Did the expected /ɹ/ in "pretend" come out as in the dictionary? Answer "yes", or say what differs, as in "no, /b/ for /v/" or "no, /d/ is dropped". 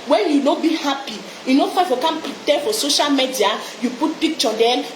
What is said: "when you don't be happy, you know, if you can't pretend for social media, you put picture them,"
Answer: no, /ɹ/ is dropped